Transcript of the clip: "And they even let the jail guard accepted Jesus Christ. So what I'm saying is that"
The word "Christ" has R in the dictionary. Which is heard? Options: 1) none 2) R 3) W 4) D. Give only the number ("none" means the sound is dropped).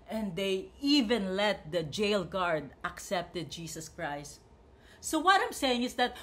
2